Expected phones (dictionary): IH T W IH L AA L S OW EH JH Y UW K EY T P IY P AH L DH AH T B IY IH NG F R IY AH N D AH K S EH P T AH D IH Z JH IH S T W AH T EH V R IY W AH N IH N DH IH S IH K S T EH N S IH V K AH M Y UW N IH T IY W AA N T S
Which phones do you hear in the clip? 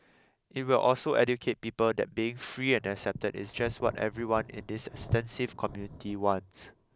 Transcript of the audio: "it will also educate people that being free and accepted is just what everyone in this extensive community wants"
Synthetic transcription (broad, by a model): IH T W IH L AA L S OW EH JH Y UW K EY T P IY P AH L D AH T B IY IH NG F R IY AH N AH K S EH P T AH D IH S JH IH S T W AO T EH V R IY W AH N IH N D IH S IH K S T EH N S IH V K AH M Y UW N IH T IY W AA N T S